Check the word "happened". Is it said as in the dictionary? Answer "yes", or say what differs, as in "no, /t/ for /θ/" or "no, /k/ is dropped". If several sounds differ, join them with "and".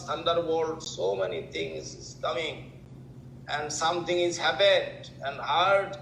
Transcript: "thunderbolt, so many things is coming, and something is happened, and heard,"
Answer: no, /n/ is dropped